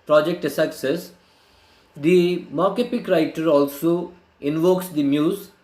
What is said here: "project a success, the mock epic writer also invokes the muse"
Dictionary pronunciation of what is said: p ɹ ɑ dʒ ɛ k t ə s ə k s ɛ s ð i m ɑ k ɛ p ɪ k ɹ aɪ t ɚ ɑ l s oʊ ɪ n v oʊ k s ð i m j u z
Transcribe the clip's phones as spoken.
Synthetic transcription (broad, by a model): p ɹ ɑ dʒ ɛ k t ə s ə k s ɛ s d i m ɑ k ɛ p ɪ k ɹ aɪ t ɚ ɑ l s oʊ ɪ n v oʊ k s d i m j u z